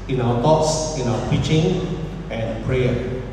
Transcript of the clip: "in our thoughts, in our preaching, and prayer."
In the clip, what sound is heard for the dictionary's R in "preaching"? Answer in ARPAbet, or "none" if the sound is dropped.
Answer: none